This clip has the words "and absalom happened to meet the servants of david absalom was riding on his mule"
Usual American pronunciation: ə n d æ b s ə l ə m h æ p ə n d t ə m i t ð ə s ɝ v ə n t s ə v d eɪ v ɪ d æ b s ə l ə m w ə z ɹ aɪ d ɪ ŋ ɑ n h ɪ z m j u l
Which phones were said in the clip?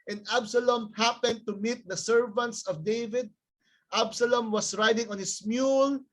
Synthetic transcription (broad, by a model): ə n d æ b s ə l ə m h æ p ə n d t ə m i t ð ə s ɝ v ə n t s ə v d eɪ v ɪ d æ b s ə l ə m w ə s ɹ aɪ d ɪ ŋ ɑ n h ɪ s m j u l